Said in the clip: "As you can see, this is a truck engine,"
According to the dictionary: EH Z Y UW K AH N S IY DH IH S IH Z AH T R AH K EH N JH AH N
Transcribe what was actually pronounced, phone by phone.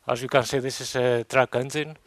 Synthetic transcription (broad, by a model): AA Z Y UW K AH N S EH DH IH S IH S AH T R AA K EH N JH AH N